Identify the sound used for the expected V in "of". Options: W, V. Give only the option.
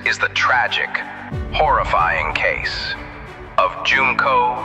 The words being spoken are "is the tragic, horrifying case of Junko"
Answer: V